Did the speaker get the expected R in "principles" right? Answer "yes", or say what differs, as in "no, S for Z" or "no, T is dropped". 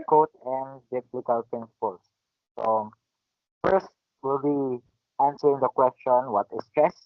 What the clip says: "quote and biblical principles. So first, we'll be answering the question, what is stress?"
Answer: no, R is dropped